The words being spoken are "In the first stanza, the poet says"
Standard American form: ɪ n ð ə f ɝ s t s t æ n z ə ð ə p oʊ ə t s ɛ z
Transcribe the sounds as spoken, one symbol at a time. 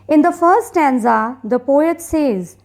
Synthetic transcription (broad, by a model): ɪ n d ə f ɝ t s t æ n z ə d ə p oʊ ə t s ɛ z